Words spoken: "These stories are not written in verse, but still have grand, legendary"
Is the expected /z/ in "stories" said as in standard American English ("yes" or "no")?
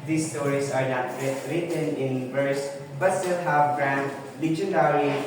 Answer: no